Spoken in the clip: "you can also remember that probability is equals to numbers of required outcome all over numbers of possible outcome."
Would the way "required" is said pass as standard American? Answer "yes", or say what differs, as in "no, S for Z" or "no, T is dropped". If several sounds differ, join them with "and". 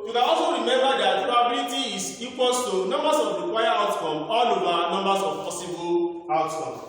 no, D is dropped